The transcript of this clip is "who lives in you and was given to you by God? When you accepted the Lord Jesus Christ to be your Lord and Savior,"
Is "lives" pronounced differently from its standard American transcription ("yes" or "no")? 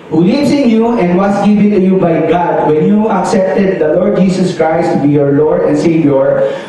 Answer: yes